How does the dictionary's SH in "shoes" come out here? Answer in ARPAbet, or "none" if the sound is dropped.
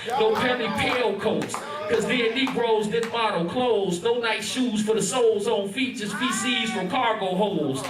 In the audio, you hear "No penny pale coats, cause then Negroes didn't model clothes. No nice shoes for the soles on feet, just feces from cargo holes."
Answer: SH